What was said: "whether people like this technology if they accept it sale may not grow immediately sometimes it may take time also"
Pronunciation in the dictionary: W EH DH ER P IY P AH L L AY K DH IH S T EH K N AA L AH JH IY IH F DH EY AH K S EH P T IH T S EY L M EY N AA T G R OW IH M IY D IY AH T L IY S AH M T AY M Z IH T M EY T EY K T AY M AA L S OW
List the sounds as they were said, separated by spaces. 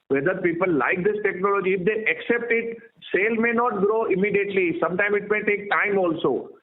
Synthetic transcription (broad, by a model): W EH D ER P IY P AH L L AY K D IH S T EH K N AA L AH JH IY IH F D EY AH K S EH P T IH T S EY L M EY N AA T G R OW IH M IY D IY AH T L IY S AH M T AY M IH T M EY T EY K T AY M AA L S OW